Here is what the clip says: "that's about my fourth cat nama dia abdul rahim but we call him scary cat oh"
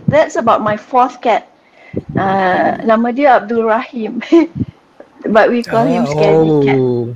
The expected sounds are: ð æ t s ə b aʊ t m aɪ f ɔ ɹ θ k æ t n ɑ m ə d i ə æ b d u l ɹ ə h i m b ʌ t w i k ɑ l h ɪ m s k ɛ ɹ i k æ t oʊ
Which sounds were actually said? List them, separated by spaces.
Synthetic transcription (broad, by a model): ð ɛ t s ə b aʊ t m aɪ f ɔ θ k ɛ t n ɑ m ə d i ə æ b d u l ɹ ə h i m b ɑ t w i k ɑ l h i m s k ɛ i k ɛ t